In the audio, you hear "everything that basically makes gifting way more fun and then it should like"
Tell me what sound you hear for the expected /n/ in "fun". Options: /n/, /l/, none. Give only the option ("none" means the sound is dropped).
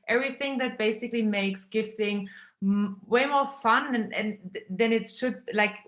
/n/